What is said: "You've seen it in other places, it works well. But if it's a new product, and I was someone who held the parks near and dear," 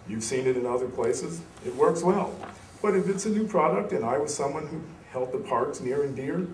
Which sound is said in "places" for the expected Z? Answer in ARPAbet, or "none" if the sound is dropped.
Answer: Z